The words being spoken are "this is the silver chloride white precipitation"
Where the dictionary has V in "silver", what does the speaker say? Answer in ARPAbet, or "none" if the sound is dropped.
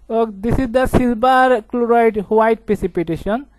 B